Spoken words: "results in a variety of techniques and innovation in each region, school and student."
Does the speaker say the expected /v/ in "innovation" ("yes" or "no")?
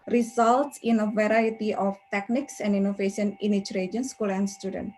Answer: no